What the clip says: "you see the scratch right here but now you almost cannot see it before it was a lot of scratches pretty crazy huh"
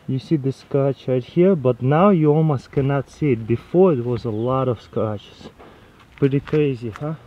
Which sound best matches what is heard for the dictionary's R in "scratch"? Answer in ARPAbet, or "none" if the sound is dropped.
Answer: none